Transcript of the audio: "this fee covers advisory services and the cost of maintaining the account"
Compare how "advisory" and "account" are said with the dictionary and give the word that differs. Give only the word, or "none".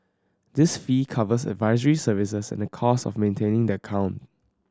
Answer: none